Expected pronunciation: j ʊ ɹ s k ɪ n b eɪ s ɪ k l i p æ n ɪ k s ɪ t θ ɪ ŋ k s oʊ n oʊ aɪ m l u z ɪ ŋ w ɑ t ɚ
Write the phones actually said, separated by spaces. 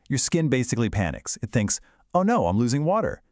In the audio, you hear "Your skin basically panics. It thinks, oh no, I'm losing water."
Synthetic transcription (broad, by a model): j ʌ ɹ s k ɪ n b eɪ s ɪ k l i p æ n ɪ k s ɪ t θ ɪ ŋ k s oʊ n oʊ aɪ m l u z ɪ ŋ w ɑ t ɚ